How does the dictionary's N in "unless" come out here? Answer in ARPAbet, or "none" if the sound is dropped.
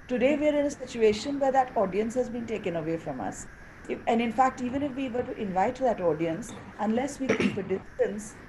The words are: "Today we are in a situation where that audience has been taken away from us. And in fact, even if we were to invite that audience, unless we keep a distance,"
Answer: N